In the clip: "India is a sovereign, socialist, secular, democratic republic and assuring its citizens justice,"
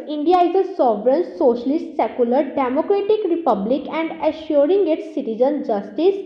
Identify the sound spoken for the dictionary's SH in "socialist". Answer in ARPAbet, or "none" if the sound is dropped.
SH